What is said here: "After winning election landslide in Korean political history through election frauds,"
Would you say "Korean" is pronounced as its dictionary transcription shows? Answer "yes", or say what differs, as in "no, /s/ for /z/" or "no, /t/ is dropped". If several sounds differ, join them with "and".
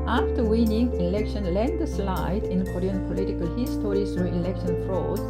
no, /l/ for /ɹ/